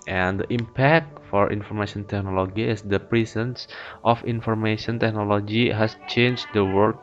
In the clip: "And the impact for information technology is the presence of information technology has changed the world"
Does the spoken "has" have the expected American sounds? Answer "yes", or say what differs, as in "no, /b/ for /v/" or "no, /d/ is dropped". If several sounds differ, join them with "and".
no, /s/ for /z/